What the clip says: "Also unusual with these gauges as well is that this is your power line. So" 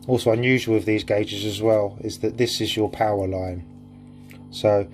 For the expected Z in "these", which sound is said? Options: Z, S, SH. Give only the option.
Z